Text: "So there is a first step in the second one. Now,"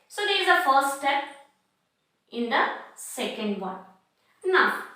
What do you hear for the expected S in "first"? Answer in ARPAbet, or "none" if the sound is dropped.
S